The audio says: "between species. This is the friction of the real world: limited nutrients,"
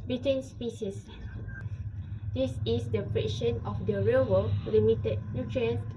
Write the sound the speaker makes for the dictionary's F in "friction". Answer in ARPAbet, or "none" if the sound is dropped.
P